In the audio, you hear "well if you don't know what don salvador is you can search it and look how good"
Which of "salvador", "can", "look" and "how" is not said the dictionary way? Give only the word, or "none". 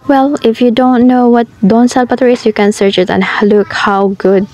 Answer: salvador